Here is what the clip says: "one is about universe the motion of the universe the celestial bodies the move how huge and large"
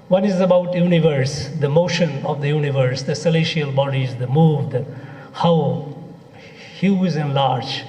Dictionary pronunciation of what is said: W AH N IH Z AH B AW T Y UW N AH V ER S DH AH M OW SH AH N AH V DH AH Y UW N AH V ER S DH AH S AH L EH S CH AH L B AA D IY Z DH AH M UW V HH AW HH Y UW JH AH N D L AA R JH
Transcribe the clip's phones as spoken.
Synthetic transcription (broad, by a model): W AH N IH Z AH B AW T Y UW N AH V ER S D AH M OW SH AH N AH V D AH Y UW N AH V ER S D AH S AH L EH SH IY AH L B AA D IY Z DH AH M UW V HH AW HH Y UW Z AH N L AA R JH